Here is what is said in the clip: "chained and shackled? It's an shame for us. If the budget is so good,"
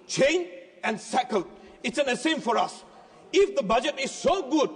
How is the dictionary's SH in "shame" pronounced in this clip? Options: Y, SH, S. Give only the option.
S